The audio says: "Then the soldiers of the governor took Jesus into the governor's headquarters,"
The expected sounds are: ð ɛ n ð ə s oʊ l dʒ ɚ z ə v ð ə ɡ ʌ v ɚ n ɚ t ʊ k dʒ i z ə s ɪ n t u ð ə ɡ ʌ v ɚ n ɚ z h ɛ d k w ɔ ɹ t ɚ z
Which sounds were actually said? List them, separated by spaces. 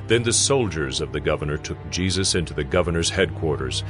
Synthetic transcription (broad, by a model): ð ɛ n ð ə s oʊ l dʒ ɚ z ə v ð ə ɡ ʌ v ɚ n ɚ t ʊ k dʒ i z ə s ɪ n t u ð ə ɡ ʌ v ɚ n ɚ z h ɛ d k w ɔ ɹ t ɚ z